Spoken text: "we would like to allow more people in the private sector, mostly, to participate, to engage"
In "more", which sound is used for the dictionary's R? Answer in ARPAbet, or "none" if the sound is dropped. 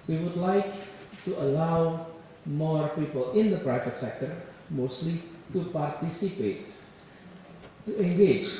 R